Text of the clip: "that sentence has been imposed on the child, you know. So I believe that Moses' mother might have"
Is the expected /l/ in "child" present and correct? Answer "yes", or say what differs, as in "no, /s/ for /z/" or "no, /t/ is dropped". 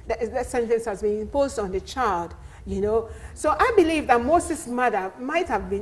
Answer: yes